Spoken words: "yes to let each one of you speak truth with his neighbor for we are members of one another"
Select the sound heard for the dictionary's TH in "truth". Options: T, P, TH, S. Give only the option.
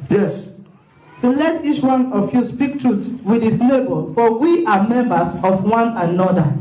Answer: S